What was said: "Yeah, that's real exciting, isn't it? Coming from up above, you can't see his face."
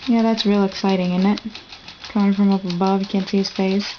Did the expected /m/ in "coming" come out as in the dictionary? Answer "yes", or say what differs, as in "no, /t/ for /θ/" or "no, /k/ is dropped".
no, /m/ is dropped